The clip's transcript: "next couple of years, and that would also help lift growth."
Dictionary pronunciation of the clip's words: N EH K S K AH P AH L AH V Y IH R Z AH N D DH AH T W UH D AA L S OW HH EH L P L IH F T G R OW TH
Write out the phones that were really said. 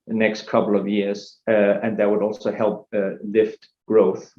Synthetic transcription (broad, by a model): N EH K S K AH P L AH V Y IH R Z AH N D DH AH T W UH D AA L S OW HH EH L P L IH F T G R OW TH